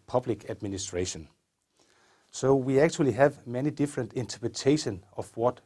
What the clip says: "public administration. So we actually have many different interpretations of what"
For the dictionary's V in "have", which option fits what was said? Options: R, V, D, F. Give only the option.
V